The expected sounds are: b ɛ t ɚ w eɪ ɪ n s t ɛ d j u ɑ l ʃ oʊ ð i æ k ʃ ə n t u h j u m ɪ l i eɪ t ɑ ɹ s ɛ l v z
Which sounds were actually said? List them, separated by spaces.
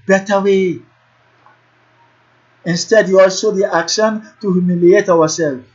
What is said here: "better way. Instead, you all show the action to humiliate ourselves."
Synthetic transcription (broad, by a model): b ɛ t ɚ w eɪ ɪ n s t ɛ d j u ɑ l s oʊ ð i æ k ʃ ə n t u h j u m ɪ l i eɪ t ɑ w s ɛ l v